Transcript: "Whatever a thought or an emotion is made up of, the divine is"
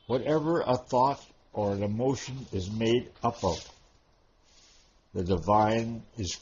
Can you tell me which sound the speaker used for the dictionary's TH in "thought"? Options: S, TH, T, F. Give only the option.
TH